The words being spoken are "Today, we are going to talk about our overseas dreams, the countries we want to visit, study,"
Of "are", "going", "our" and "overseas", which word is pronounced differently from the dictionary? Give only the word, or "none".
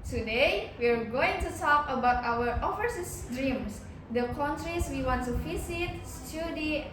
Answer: overseas